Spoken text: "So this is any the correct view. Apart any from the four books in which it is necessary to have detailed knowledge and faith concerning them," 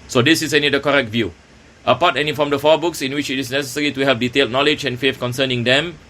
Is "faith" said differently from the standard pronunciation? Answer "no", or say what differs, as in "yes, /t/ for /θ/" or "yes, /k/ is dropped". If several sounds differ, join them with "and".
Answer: yes, /f/ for /θ/